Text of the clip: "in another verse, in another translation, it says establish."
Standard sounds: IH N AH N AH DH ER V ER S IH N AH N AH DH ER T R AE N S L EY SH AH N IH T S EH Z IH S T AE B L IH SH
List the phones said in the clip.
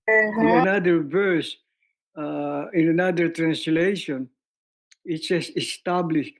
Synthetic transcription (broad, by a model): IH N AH N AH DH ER V ER S IH N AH N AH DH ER T R AE N S L EY SH AH N IH T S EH S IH S T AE B L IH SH